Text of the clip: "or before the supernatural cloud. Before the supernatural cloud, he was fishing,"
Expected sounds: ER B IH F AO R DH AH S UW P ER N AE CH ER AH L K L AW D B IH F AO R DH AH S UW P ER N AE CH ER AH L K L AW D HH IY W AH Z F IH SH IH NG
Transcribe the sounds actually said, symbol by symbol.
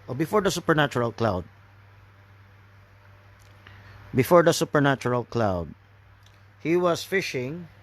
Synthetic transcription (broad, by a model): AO B IH F AO R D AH S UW P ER N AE CH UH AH L K L AW D B IH F AO R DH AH S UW P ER N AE CH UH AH L K L AW D HH IY W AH S F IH SH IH NG